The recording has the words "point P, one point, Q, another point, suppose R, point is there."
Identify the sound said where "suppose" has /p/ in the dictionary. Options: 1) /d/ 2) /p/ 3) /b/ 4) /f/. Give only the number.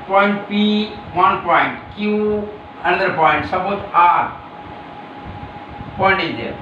3